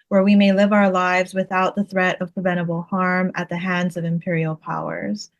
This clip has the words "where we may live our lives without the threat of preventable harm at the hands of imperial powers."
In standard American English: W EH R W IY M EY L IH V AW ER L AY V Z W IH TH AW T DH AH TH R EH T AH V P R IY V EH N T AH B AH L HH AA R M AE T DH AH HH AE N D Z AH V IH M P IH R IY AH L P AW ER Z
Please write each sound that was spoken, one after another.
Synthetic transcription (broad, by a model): W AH R W IY M EY L IH V AW ER L AY V Z W IH TH AW T DH AH TH R EH T AH V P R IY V EH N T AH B L HH AA R M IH T DH AH HH AE N D Z AH V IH M P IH R IY L P AW ER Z